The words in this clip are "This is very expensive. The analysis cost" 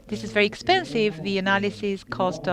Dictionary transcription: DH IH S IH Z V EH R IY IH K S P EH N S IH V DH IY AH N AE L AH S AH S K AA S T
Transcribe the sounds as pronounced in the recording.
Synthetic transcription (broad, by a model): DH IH S IH Z V EH R IY IH K S P EH N S IH V DH IY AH N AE L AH S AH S K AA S T